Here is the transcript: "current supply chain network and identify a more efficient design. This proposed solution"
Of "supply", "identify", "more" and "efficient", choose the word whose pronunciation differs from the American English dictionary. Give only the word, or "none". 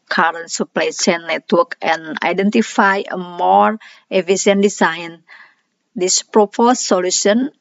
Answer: efficient